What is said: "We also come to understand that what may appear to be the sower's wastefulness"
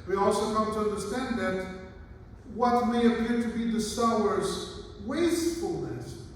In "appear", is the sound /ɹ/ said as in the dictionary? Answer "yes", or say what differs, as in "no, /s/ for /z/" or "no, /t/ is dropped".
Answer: yes